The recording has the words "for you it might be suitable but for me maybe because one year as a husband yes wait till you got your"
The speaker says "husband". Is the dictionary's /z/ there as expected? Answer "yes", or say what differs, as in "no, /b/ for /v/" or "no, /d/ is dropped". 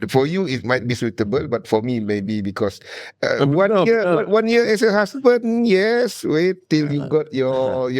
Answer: no, /s/ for /z/